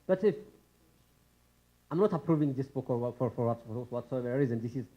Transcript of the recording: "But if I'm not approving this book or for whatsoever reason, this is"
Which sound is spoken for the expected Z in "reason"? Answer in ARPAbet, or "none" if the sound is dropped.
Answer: Z